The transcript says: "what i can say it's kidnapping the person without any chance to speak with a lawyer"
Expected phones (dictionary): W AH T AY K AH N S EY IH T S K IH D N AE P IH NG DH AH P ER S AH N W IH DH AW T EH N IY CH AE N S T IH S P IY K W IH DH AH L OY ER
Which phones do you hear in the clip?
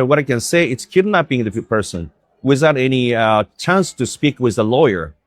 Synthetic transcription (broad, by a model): W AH T AY K AH N S EY IH T S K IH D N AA B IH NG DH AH P ER S AH N W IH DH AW T EH N IY CH AE N S T IH S P IY K W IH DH AH L OY ER